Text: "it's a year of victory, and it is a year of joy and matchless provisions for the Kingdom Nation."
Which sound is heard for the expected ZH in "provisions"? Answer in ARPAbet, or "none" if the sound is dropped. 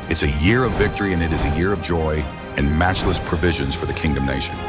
ZH